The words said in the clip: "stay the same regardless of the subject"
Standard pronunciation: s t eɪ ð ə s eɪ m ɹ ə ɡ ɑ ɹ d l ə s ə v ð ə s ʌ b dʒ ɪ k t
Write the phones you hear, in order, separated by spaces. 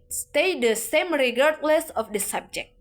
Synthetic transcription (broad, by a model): s t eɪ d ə s eɪ m ɹ ə ɡ ɑ ɹ d l ə s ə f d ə s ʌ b dʒ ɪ k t